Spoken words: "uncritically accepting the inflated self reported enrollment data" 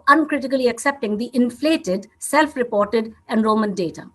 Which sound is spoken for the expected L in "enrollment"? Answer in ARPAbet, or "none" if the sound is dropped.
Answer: none